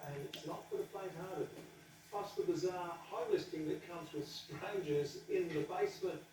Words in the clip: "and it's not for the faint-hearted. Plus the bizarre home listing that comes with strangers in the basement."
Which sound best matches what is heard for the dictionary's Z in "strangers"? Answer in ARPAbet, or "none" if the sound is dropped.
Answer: Z